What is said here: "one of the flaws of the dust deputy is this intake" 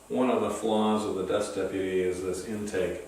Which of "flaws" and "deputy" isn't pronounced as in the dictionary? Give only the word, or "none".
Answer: none